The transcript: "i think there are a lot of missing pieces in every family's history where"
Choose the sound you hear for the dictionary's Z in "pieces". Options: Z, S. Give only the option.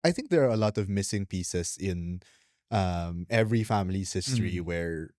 S